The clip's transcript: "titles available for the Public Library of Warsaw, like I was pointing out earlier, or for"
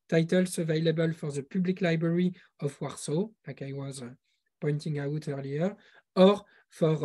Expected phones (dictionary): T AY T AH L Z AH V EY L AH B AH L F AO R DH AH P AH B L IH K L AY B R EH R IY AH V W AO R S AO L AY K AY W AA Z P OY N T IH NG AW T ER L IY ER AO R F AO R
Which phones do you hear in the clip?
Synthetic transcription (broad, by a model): T AY T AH L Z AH V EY L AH B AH L F AO R DH AH P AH B L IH K L AY B R EH R IY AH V W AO R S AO L AY K AY W AA Z P OY N T IH NG AW T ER L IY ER AO R F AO R